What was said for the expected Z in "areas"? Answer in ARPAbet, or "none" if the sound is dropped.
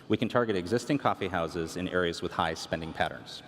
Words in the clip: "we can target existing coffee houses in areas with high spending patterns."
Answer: Z